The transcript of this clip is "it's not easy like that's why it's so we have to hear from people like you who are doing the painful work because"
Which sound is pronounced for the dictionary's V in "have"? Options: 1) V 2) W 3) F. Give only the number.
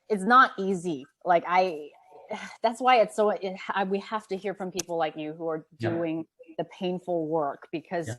3